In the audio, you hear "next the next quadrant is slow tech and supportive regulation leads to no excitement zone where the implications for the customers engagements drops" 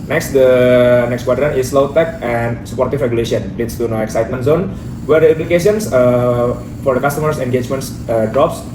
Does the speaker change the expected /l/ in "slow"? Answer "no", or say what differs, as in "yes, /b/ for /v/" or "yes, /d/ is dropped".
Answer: no